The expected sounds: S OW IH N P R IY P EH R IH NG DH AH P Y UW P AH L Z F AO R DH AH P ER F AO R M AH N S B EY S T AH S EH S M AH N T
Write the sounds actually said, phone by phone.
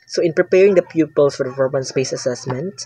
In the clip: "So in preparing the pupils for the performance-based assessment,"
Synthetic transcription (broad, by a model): S OW IH N P R IY P EH R IH NG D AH P Y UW P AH L S F AO R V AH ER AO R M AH N S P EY S AH S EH S M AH N T